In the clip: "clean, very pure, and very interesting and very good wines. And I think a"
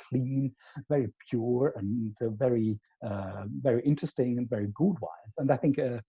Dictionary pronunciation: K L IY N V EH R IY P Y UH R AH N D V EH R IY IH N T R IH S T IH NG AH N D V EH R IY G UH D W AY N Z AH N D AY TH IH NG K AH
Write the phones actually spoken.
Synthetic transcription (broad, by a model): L IY N V EH R IY P Y UH R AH N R V EH R IY IH N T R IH S T IH NG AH N V EH R IY G UH D W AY Z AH N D AY TH IH NG K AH